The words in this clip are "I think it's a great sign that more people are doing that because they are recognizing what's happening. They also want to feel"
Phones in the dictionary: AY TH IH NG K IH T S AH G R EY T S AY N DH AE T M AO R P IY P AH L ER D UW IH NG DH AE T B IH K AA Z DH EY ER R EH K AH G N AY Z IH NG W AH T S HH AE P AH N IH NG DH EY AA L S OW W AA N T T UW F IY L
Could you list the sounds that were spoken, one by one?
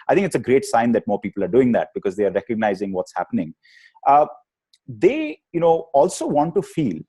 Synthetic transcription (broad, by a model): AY T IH NG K IH T S AH G R EY T S AY N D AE T M AO R P IY P AH L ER D UW IH NG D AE T B IH K AA Z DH EY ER R EH K AH G N AY Z IH NG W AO T S HH AE P AH N IH NG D EY AA L S OW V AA N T T UW F IY L